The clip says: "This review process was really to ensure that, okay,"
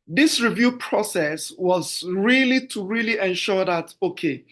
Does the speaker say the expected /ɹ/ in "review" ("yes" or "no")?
yes